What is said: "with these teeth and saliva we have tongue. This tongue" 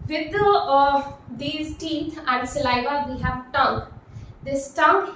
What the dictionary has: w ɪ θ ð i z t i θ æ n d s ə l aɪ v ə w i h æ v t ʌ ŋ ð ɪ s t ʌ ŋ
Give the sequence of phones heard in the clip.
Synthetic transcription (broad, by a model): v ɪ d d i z t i t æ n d s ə l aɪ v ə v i h æ v t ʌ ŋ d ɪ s t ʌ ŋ